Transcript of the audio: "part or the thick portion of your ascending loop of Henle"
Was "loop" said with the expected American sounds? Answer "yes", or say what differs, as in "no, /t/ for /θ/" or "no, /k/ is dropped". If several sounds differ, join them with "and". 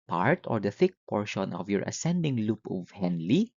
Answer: yes